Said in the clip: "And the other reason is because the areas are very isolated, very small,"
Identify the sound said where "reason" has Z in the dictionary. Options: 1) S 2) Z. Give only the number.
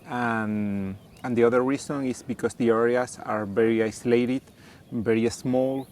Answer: 1